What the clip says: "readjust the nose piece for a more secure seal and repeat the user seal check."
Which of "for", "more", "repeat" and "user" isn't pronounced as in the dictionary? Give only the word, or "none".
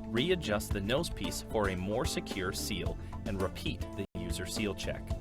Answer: none